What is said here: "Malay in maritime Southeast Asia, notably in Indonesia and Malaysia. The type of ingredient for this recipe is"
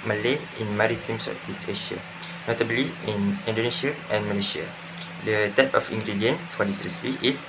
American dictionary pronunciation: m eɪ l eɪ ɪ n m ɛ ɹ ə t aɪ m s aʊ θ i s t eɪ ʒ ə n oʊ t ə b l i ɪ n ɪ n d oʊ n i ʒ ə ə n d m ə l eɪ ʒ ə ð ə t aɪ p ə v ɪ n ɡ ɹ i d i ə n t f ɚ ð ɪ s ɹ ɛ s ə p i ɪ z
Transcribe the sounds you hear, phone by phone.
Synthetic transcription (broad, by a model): m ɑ l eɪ ɪ n m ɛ ɹ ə t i m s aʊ t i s eɪ ʃ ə n oʊ t ə b l i ɪ n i n d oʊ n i ʃ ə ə n m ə l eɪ ʃ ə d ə t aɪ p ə f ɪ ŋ ɡ ɹ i d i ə n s f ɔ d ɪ s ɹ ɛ s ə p i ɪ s